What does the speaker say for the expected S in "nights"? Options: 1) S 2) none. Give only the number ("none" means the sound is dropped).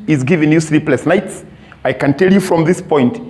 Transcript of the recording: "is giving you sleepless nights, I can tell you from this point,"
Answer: 1